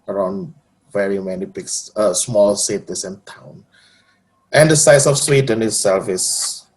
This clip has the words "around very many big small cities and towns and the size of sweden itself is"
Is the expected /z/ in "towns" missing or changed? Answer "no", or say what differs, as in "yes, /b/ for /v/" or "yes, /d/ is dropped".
yes, /z/ is dropped